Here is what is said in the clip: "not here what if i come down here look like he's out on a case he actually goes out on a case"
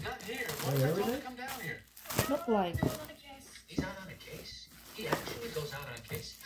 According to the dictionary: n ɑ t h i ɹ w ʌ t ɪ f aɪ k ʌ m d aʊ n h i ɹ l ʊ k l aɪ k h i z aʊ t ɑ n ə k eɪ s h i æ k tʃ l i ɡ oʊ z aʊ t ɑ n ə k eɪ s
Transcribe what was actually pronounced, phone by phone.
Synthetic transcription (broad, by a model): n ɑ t h i ɹ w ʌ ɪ k ʌ m d aʊ n h i ɹ l ʊ k l aɪ k h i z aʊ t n ə k eɪ s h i æ k tʃ l i ɡ oʊ z aʊ t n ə k eɪ s